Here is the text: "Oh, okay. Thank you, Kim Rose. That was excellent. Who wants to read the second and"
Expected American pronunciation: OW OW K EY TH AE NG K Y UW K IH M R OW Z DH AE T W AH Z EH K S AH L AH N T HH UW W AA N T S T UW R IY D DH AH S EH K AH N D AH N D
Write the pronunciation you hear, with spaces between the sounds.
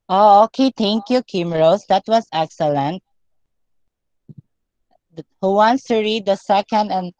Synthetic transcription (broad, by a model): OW OW K EY T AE NG K Y UW K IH M R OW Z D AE T W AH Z EH K S AH L AH N T HH UW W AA N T S T UW R IY D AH S EH K AH N D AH N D